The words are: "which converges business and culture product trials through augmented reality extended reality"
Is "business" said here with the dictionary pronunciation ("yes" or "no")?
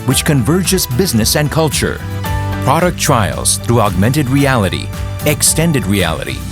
yes